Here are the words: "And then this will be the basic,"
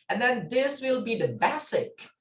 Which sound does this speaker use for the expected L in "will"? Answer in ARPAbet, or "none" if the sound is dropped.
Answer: L